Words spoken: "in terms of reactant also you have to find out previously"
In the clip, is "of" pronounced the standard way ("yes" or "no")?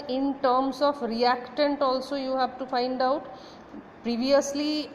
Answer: no